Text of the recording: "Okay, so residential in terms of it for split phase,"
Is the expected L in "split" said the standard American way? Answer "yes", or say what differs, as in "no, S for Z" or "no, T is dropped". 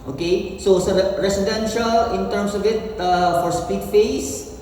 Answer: no, L is dropped